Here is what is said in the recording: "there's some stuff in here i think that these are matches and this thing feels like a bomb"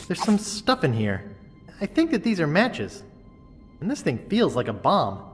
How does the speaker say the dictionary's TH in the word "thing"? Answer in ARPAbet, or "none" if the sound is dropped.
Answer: TH